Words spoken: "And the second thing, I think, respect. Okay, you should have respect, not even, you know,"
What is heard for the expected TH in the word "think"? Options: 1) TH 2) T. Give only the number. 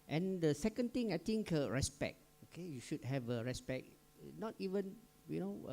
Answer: 2